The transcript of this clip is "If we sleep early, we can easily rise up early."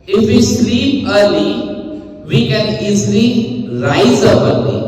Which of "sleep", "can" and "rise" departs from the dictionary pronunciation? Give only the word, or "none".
sleep